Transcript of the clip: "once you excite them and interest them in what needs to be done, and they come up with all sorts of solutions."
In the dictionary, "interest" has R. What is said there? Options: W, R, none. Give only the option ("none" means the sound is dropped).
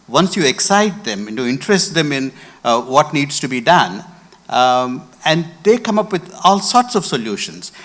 R